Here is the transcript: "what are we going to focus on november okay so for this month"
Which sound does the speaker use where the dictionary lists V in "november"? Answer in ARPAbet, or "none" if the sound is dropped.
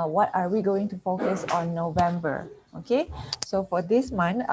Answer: V